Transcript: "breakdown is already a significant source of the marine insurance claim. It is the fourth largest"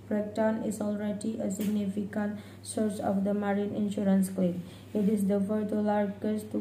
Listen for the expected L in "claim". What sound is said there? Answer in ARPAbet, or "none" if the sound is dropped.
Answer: none